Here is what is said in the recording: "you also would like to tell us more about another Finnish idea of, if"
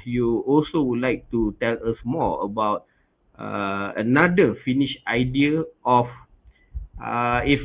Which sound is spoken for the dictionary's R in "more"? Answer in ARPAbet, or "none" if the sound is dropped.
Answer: L